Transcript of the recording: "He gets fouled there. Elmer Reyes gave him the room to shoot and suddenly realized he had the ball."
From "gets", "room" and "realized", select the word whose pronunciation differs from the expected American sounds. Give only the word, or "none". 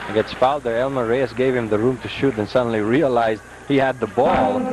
none